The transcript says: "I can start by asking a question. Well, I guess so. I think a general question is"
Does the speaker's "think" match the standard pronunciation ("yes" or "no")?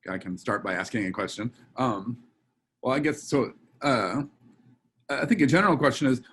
yes